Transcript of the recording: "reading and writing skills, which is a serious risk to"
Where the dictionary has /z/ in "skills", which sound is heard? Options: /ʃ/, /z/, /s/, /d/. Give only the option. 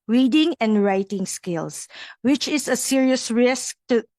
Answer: /s/